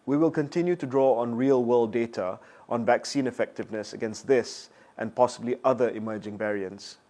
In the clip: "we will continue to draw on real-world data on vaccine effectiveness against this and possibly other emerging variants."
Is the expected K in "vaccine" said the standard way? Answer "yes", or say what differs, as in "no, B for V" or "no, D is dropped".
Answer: yes